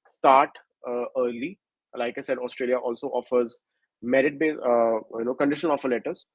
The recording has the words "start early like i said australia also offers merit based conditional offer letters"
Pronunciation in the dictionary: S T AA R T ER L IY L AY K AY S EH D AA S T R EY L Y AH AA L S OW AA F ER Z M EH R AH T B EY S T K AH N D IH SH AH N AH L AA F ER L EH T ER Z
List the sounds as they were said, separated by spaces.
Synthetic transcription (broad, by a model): S T AA R T ER L IY L AY K AY S EH D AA S T R EY L Y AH AA L S OW AA F ER Z M EH R AH T B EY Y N K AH N D IH SH AH N AA F ER L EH T ER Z